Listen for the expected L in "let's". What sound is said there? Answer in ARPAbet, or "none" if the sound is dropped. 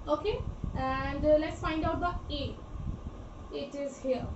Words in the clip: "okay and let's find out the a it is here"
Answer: L